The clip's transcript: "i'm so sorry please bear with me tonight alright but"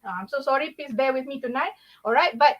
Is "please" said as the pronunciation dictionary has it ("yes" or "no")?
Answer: no